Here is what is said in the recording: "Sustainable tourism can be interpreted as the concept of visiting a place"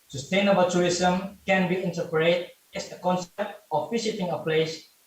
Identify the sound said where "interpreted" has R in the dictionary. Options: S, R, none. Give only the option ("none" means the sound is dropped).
none